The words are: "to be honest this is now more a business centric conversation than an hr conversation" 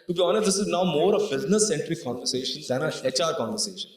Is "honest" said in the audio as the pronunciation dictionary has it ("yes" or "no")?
no